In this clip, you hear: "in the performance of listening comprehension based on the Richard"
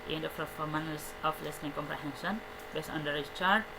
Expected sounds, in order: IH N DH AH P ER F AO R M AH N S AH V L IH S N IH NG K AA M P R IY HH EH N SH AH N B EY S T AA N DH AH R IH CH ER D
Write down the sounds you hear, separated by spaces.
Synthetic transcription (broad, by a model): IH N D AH F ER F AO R M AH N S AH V L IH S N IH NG K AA M P R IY HH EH N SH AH N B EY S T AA N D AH R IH CH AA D